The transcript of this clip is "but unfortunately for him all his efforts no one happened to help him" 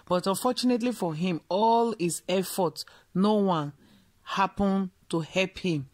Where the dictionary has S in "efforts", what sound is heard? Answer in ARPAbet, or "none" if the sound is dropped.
none